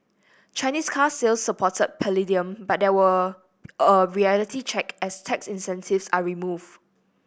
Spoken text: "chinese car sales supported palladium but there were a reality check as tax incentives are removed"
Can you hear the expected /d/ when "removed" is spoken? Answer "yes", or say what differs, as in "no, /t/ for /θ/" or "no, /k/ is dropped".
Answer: no, /d/ is dropped